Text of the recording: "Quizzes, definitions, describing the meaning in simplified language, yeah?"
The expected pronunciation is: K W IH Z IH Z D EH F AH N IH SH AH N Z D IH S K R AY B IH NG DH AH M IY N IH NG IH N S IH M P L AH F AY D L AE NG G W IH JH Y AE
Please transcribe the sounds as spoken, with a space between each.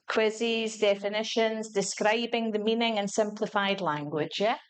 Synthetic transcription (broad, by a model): K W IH Z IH Z D EH F AH N IH SH AH N Z D IH S K R AY B IH NG DH AH M IY N IH NG IH N S IH M P L AH F AY D L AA NG G W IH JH Y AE